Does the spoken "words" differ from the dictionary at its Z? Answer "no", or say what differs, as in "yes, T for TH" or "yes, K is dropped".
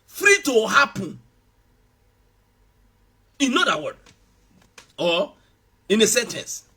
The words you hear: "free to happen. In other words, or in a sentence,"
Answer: yes, Z is dropped